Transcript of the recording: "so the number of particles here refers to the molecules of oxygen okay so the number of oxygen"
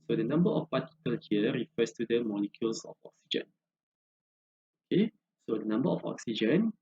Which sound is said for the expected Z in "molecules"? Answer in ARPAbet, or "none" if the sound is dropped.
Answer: S